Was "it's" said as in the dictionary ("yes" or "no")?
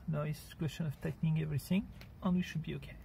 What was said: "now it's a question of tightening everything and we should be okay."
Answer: no